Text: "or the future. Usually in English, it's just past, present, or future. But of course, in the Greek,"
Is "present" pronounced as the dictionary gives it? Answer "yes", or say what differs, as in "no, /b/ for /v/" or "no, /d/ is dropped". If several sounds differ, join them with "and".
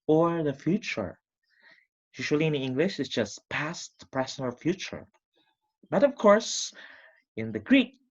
no, /t/ is dropped